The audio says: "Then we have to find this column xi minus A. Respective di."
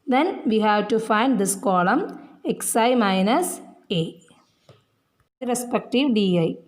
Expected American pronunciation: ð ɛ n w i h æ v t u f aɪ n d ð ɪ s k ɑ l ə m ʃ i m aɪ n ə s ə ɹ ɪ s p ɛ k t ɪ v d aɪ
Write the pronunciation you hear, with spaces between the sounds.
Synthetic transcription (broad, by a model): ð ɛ n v i h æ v t u f aɪ n d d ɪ s k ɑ l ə m s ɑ m aɪ n ə s ə ɹ ɪ s p ɛ k t ɪ v d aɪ